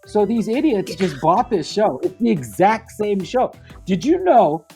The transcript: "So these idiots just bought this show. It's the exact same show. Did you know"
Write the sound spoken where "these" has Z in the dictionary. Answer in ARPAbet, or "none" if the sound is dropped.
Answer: Z